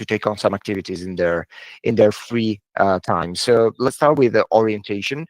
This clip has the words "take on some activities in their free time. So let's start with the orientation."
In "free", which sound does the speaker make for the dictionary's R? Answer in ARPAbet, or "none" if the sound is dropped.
R